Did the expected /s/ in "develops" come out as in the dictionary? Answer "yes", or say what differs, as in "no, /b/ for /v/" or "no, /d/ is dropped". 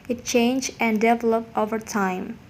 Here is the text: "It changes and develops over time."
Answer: no, /s/ is dropped